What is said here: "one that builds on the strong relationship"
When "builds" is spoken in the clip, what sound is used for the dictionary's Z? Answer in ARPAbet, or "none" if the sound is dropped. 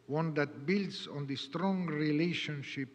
S